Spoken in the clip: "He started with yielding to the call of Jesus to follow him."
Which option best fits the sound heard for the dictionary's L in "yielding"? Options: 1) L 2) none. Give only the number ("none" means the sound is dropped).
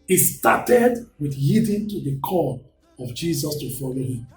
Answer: 2